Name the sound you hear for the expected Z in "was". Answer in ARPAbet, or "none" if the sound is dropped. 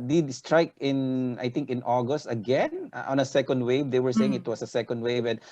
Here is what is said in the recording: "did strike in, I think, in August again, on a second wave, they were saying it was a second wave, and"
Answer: S